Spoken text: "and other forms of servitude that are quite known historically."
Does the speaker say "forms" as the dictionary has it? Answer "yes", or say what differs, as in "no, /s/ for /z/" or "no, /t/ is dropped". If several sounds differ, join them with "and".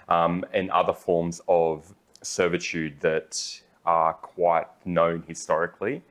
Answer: yes